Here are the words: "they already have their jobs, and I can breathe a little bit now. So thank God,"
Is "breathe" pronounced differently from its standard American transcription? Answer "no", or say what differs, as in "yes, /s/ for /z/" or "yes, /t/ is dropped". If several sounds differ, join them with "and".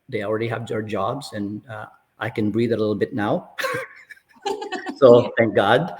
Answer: no